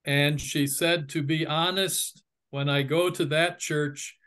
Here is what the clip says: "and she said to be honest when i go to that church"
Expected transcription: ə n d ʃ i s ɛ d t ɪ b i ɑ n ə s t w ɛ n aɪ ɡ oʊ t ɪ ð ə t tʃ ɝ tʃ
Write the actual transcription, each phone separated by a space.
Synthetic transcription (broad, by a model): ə n ʃ i s ɛ d t ɪ b i ɑ n ə s t w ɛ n aɪ ɡ oʊ t ɪ ð ə t tʃ ɝ tʃ